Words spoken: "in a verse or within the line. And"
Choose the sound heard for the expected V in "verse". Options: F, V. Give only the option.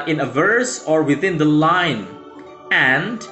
V